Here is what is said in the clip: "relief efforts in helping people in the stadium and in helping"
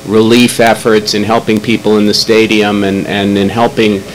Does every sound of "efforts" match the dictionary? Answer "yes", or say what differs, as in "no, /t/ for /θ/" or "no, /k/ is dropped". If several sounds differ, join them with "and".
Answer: yes